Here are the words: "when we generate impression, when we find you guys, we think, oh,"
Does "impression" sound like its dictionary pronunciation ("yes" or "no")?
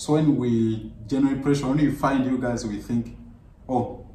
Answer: no